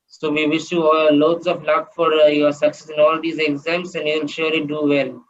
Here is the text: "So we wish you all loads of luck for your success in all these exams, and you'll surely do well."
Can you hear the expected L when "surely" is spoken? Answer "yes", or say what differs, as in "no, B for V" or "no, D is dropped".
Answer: no, L is dropped